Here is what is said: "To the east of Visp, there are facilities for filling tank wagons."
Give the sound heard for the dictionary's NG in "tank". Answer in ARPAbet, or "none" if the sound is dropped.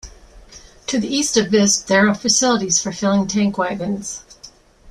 NG